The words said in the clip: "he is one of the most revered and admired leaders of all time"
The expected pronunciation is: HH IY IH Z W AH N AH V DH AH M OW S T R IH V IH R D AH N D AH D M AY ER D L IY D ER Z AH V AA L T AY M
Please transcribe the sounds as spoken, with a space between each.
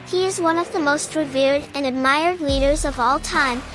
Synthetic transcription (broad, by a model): HH IY IH Z W AH N AH V DH AH M OW S T R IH V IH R D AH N AH D M AY ER D L IY D ER Z AH V AA L T AY M